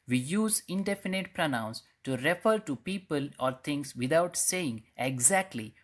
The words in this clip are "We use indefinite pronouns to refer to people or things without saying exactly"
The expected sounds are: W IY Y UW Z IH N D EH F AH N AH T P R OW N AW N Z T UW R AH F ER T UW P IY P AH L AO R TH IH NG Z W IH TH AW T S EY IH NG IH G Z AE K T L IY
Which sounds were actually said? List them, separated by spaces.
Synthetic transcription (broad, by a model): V IY Y UW Z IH N D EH F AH N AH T P R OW N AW N S T UW R AH F ER T UW P IY P AH L AO R T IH NG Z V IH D AW T S EY IH NG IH G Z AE K T L IY